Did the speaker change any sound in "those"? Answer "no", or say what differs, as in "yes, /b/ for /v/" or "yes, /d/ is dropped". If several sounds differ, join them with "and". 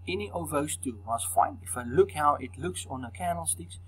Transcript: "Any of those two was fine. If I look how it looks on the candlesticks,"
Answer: yes, /s/ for /z/